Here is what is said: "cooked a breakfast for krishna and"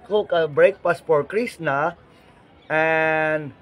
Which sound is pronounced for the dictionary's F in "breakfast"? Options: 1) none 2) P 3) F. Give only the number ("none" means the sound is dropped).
2